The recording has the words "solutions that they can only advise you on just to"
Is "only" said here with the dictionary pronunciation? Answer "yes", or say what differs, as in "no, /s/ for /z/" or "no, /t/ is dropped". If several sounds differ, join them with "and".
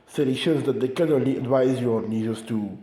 yes